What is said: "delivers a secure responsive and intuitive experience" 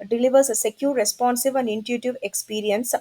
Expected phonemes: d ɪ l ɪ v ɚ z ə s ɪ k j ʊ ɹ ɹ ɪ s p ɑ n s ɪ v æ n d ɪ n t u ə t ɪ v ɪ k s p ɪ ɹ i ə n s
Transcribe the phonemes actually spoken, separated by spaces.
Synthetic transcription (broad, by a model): d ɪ l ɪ v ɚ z ə s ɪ k j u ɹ ɹ ɪ s p ɑ n s ɪ v æ n d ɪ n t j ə t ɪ v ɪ k s p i ɹ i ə n s